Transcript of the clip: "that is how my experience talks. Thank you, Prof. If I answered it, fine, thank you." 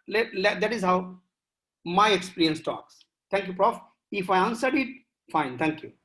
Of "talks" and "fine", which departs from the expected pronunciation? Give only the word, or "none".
none